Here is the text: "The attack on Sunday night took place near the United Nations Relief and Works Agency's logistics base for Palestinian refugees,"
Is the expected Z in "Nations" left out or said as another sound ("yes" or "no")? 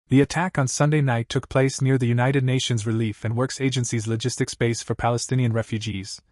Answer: no